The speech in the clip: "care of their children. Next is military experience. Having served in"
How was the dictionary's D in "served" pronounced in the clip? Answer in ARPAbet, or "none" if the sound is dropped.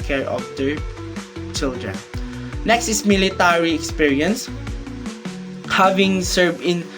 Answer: none